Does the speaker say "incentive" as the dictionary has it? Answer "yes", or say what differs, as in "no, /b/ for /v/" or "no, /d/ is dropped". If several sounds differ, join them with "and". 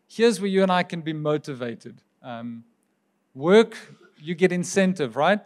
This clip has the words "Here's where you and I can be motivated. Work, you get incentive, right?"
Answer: yes